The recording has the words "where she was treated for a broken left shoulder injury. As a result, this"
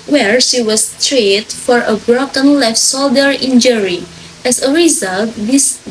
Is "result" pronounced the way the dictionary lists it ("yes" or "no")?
yes